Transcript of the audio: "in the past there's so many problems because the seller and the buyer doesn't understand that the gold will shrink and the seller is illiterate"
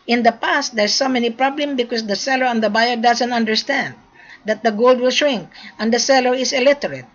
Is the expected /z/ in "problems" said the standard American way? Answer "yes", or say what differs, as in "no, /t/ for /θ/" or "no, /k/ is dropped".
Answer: no, /z/ is dropped